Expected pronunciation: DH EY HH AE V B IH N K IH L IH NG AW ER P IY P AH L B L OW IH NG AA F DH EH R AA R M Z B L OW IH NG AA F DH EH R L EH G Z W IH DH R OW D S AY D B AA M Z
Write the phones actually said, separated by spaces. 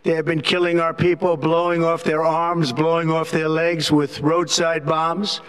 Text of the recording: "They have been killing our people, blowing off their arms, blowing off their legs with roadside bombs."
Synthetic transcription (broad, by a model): DH EY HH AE V B IH N K IH L IH NG AW ER P IY P L B L OW IH NG AA F DH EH R AA R M Z B L OW IH NG AA F DH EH R L EH G Z W IH DH R OW D S AY D B AA M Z